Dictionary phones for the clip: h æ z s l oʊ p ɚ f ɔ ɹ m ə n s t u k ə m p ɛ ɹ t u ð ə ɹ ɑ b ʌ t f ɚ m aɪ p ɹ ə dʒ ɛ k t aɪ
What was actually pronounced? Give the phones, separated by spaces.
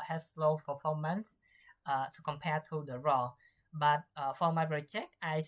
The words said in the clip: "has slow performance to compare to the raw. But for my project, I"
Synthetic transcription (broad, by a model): h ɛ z s l oʊ f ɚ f ɔ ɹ m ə n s t u k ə m p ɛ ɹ t u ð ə ɹ ɑ b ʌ t f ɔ m aɪ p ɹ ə tʃ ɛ k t aɪ